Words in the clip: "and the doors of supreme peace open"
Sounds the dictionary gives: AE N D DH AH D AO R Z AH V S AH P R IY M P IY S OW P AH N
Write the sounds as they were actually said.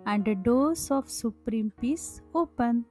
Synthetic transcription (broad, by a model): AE N D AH D AO R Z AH F S AH P R IY M P IY S OW P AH N